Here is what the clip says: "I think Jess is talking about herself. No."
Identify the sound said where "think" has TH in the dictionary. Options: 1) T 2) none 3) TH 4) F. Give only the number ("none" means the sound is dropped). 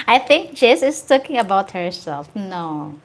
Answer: 3